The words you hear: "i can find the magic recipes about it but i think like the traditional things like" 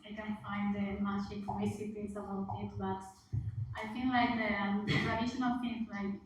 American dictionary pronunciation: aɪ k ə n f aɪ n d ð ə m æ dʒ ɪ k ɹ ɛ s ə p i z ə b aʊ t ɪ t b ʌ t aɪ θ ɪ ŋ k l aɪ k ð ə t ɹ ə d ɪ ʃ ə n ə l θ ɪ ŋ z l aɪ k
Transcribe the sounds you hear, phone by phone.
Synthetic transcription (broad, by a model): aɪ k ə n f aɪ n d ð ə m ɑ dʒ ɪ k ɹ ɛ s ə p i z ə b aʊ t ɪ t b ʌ t aɪ f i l l aɪ k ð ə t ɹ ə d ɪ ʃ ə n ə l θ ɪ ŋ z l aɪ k